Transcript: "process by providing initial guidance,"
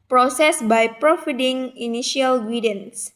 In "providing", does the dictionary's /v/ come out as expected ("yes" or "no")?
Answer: no